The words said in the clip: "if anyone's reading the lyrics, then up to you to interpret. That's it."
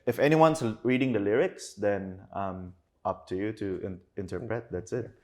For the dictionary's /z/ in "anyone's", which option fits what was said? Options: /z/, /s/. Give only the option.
/s/